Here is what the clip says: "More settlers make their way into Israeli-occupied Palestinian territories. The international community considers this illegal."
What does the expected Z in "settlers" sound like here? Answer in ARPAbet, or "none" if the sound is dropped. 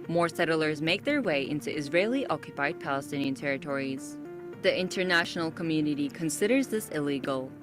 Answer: Z